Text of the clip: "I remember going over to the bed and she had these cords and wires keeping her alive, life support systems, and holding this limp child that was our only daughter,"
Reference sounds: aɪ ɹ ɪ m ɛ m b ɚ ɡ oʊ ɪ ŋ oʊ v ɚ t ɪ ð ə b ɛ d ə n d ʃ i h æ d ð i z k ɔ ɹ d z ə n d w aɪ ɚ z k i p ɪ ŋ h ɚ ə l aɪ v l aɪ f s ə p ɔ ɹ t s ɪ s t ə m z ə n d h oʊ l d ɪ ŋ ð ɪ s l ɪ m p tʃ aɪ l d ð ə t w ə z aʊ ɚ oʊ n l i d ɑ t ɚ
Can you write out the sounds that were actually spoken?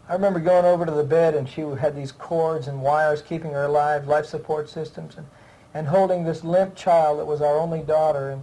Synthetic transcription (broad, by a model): aɪ ɹ ɪ m ɛ m b ɚ ɡ oʊ ɪ ŋ oʊ v ɚ t ɪ ð ə b ɛ d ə n ʃ i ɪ d ð i z k ɔ ɹ d z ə n w aɪ ɚ z k i p ɪ ŋ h ɚ ə l aɪ v l aɪ f s ə p ɔ ɹ t s ɪ s t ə m z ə n h oʊ l d ɪ ŋ ð ɪ s l ɪ m p tʃ aɪ l d ð ə t w ə z aʊ ɚ oʊ n l i d ɑ t ɚ